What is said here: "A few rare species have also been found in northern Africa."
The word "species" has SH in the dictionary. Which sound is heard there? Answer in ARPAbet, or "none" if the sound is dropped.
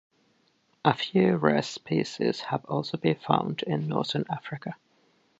S